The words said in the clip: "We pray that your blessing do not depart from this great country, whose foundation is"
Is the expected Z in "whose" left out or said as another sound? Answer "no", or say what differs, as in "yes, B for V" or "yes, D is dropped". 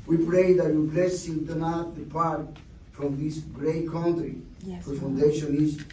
yes, Z is dropped